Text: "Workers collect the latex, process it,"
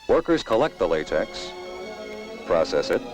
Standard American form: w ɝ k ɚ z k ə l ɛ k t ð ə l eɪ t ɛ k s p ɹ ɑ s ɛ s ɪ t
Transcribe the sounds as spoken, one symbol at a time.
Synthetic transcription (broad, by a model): w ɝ k ɚ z k ə l ɛ k t ð ə l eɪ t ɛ k s p ɹ ɑ s ɛ s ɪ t